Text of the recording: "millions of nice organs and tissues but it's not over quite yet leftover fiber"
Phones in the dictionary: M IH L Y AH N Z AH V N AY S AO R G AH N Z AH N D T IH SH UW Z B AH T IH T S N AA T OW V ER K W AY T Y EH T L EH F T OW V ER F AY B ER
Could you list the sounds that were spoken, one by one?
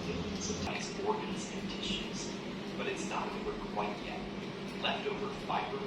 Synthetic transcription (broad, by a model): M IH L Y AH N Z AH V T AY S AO R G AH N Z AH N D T IH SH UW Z B AH T IH T S N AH T OW V ER K W AY T Y EH T L EH F T OW V ER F AY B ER